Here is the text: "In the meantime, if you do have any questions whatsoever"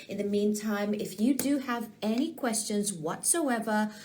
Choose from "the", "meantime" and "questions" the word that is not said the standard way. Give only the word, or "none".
none